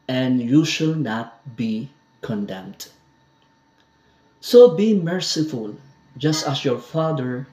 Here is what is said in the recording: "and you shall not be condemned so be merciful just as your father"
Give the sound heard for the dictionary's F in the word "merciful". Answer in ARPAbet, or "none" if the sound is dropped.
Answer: F